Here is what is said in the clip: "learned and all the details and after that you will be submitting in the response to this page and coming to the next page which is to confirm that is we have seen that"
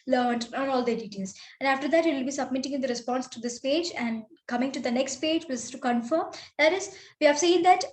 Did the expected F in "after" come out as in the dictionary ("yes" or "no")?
yes